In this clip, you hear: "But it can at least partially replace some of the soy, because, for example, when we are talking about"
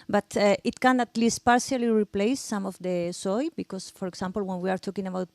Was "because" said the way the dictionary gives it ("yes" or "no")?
no